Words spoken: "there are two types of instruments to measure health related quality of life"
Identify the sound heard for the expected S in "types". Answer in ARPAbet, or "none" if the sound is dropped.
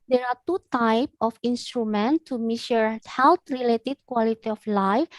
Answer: none